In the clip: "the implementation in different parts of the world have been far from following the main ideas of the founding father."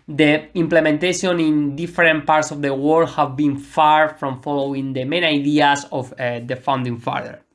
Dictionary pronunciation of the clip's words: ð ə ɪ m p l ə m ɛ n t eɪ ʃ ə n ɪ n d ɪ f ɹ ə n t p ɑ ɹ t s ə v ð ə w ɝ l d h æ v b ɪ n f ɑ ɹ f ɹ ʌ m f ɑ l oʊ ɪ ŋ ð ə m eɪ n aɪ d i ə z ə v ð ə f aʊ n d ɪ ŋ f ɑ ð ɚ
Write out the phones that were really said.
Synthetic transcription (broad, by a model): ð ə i m p l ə m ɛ n t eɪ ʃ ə n ɪ n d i f ɹ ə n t p ɑ ɹ t s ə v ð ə w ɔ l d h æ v b ɪ n f ɑ ɹ f ɹ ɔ m f ɑ l oʊ ɪ ŋ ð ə m eɪ n aɪ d i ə s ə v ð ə f aʊ n d ɪ ŋ f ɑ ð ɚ